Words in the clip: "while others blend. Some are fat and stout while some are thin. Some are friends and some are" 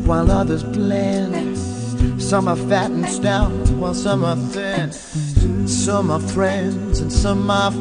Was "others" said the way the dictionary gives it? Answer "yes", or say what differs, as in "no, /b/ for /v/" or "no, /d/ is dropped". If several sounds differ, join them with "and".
yes